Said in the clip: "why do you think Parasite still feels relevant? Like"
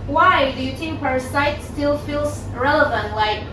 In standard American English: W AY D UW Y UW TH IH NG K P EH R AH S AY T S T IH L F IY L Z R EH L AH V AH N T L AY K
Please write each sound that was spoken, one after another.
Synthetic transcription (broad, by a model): W AY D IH Y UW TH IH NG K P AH S AY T S T IH L F IY L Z R EH L AH V AH N T L AY K